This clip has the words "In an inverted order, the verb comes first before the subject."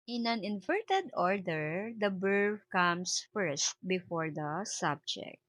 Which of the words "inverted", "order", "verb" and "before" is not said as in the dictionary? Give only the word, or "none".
verb